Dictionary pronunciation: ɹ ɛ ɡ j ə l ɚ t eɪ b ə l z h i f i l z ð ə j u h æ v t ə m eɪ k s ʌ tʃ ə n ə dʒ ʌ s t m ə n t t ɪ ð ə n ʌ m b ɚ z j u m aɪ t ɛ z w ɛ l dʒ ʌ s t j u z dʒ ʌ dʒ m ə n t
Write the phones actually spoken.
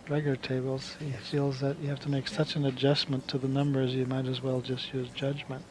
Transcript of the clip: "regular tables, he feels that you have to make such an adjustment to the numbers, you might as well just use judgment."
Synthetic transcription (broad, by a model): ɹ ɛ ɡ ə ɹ t eɪ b l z h i f i l z ð ə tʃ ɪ h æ f t ə m eɪ k s ʌ tʃ ə n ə dʒ ʌ s m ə n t t ɪ ð ə n ʌ m b ɚ z j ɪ m aɪ t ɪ z w ɛ l dʒ ʌ s t j u z dʒ ʌ dʒ m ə n t